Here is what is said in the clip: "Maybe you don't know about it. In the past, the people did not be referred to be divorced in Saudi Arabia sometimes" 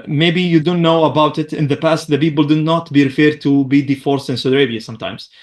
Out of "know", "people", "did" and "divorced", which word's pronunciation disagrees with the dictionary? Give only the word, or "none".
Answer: divorced